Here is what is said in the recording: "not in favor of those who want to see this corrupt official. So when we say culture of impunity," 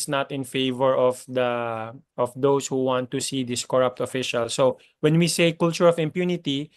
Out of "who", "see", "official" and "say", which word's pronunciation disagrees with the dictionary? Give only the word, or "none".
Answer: none